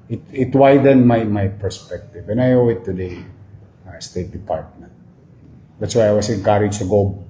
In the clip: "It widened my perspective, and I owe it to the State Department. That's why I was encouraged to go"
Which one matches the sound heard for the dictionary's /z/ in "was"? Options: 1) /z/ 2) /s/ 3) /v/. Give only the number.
2